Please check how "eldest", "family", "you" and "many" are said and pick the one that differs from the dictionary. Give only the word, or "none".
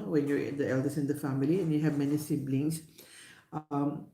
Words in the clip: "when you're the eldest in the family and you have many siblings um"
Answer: eldest